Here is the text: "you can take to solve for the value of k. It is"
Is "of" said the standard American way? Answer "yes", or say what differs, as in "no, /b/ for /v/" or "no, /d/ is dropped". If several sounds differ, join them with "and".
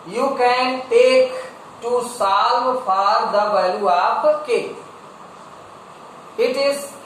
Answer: no, /p/ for /v/